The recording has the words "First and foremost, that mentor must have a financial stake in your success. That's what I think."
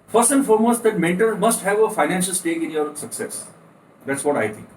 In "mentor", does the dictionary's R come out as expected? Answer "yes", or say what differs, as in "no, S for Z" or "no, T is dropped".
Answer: no, L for R